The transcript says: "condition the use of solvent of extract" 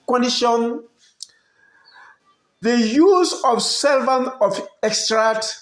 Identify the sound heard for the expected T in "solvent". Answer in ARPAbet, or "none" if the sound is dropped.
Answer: none